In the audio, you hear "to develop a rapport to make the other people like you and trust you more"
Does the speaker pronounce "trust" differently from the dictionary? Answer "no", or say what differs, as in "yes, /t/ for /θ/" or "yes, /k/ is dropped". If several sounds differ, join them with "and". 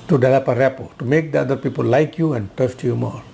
yes, /ɹ/ is dropped